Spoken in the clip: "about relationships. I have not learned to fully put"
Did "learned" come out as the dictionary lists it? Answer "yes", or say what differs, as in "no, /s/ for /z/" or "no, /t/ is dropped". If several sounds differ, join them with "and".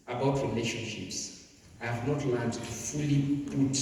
no, /n/ is dropped